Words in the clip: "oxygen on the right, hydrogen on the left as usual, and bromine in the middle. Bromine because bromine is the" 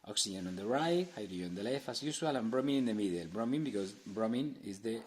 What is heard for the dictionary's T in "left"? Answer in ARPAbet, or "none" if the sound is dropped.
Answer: none